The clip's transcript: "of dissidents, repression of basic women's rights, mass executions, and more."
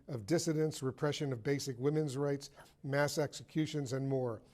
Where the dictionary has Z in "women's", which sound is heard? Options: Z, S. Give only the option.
Z